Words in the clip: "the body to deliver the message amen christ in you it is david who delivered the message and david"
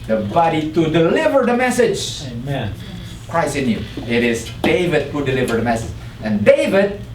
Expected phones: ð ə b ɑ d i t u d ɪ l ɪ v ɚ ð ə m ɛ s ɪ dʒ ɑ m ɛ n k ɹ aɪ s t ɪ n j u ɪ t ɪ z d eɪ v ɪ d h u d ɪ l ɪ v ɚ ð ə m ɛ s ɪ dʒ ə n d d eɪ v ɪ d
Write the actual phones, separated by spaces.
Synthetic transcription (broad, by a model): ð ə b ɑ d i t u d ɪ l ɪ v ɚ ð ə m ɛ s ɪ dʒ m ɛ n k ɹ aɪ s ɪ n j u ɪ t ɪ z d eɪ v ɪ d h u d ɪ l ɪ v ɚ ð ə m ɛ s ɪ dʒ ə n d d eɪ v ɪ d